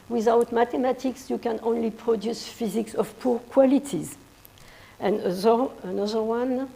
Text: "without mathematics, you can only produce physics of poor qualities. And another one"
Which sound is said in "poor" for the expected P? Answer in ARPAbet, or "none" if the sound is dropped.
P